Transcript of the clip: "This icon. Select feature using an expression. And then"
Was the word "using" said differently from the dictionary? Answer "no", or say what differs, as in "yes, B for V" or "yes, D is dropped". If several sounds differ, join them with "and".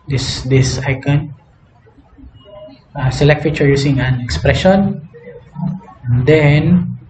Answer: yes, S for Z